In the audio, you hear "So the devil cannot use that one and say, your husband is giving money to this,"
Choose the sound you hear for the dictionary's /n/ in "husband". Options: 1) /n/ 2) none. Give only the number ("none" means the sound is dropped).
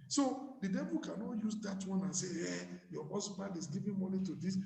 2